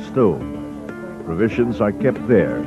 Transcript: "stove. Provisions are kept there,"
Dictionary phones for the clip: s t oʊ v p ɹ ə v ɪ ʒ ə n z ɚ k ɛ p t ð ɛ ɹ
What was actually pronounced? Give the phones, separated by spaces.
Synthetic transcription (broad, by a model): s t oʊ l p ɹ ə v ɪ ʒ ə n z ɚ k ɛ p t ð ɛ ɹ